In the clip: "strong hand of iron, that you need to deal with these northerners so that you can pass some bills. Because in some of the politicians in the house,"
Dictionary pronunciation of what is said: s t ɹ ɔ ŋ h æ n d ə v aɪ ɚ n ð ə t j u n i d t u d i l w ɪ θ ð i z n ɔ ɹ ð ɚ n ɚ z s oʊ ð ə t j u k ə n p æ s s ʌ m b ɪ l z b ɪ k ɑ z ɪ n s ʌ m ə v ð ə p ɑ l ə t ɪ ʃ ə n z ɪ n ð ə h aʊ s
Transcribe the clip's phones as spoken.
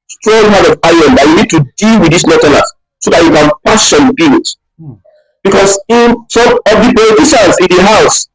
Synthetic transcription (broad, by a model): s t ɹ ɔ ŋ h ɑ d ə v aɪ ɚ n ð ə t j u n i d t u d i l w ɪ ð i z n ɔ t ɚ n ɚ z s oʊ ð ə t j u k ə n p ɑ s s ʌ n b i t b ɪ k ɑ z ɪ n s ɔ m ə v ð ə p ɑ l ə t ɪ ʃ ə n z ɪ n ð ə h aʊ s